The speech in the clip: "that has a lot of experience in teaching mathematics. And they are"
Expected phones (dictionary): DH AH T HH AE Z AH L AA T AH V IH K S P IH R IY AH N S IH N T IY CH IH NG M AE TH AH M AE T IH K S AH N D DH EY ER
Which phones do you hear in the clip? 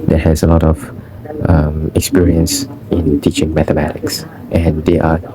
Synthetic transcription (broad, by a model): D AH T HH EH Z AH L AA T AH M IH K S P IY R IY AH N S IH N T IY CH IH NG M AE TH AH M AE T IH K S AH N D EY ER